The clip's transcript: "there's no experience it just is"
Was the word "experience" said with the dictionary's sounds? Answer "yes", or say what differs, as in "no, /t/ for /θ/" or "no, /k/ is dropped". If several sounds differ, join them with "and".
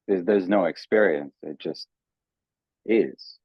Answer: yes